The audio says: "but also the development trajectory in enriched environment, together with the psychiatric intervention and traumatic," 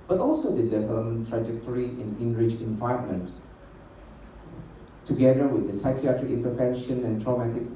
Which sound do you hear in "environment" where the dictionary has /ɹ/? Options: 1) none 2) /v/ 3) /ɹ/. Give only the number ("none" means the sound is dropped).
1